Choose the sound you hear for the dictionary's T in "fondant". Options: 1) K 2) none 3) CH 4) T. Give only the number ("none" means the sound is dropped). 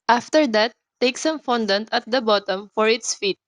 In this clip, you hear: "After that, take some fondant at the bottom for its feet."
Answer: 4